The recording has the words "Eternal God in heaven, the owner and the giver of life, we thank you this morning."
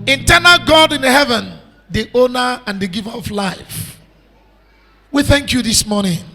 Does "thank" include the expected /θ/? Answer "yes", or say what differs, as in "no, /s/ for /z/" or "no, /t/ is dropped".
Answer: yes